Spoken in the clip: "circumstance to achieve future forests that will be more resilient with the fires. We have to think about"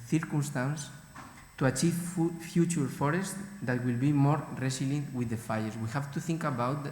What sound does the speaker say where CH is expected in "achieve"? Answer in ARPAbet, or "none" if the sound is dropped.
CH